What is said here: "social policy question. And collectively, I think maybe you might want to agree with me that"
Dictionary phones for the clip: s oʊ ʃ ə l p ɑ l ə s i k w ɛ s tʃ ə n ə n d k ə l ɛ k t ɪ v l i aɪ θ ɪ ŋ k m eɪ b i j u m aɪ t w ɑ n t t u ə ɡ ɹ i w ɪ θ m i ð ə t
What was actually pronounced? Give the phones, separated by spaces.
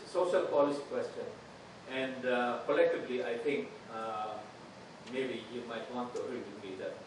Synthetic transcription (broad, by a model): s oʊ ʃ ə l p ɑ l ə s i k w ɛ s tʃ ə n ə n d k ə l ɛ k t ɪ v l i aɪ t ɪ ŋ k m eɪ b i j u m aɪ t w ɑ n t t u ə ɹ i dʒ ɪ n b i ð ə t